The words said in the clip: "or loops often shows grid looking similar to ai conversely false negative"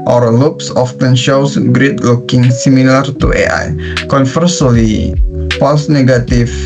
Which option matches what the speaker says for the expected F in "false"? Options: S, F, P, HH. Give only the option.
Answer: P